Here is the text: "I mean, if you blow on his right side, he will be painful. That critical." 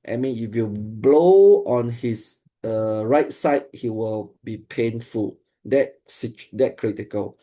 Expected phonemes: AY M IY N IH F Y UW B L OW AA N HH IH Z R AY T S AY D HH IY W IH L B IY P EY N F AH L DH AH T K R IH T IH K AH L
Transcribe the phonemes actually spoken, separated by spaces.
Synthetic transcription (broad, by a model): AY M IY N IH F Y UW B L OW AA N HH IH S R AY T S AY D HH IY W IH L B IY P EY N F AH L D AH T K R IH T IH K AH L